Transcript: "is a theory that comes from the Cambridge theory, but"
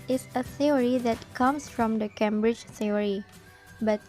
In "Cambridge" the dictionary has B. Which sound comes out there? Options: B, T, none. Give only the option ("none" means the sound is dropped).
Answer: B